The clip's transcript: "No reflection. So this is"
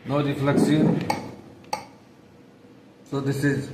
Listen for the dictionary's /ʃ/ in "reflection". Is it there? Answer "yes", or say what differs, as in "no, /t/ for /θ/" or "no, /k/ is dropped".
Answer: no, /s/ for /ʃ/